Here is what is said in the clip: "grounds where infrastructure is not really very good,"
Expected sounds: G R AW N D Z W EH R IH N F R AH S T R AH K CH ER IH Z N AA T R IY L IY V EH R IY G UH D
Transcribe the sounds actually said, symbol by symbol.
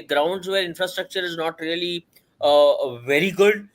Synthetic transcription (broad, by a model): G R AW N D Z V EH R IH N F R AH S T R AH K CH ER IH Z N AA T R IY L IY V EH R IY G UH D